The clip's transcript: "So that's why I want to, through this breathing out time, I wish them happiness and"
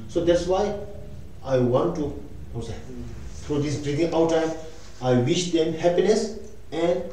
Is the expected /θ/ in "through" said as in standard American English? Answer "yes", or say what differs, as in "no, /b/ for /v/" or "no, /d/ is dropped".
no, /t/ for /θ/